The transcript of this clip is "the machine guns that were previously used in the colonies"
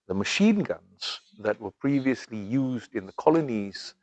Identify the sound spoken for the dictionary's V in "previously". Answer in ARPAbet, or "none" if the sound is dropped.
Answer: V